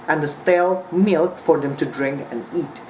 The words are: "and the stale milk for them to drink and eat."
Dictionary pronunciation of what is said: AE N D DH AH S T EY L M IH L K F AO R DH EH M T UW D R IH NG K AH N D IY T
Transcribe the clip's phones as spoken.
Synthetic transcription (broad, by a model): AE N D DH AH S T EY L M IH L K F AO R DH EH M T UW D R IH NG K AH N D IY T